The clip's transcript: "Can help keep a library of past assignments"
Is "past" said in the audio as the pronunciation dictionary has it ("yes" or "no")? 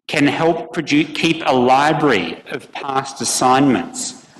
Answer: yes